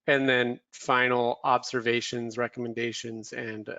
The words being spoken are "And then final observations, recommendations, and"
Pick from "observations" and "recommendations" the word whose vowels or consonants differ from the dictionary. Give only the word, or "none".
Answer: none